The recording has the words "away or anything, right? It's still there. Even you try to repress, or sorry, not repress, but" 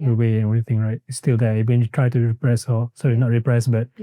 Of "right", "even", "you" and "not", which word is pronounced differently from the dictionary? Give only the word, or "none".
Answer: even